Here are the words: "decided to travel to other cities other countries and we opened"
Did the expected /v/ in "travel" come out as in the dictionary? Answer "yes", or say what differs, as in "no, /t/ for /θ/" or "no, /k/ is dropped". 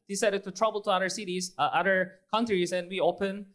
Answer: no, /b/ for /v/